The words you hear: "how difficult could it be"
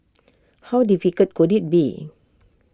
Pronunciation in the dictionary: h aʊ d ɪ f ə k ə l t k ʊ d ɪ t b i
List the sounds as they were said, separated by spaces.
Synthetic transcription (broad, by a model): h aʊ d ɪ f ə k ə t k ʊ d ɪ t b i